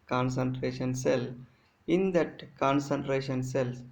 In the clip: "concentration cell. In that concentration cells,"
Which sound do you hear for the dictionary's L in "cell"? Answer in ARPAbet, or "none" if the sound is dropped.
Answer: L